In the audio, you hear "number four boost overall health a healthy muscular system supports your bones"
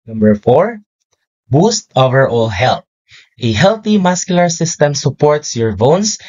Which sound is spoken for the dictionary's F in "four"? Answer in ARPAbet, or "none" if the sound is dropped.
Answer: F